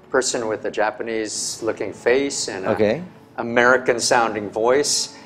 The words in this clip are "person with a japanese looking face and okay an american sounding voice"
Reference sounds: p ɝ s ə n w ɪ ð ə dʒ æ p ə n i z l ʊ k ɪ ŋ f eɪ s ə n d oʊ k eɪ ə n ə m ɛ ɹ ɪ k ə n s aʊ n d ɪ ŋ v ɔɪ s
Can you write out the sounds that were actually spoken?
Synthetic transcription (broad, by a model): p ɝ s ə n w ɪ ð ə dʒ æ p ə n i z l ʊ k ɪ ŋ f eɪ s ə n oʊ k eɪ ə ə m ɛ ɹ ɪ k ə n s aʊ n d ɪ ŋ v ɔɪ s